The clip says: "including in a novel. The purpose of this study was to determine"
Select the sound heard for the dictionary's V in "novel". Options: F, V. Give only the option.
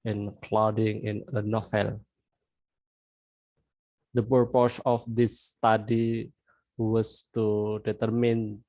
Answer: F